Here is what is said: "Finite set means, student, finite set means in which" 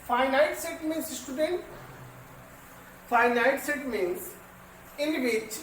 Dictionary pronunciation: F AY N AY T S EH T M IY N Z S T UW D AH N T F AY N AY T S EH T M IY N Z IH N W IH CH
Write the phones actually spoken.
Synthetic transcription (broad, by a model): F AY N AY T S EH T M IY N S S T UW D AH N T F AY N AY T S EH T M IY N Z IH N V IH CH